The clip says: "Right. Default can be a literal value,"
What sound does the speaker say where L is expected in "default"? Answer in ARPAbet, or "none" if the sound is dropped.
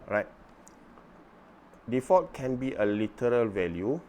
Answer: none